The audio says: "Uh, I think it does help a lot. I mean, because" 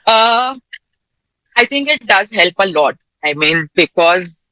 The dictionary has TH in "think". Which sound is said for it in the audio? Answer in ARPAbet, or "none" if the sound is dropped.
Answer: T